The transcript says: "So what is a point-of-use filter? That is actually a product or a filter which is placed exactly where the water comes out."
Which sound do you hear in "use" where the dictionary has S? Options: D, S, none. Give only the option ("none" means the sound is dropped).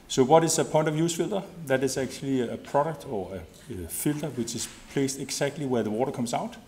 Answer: S